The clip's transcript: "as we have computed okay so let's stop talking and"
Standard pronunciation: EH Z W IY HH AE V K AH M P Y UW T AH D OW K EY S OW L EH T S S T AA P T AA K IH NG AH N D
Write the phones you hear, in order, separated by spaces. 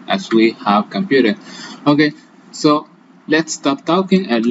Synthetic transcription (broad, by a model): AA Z W IY HH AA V K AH M P Y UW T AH OW K EY S OW L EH T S S T AA P T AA K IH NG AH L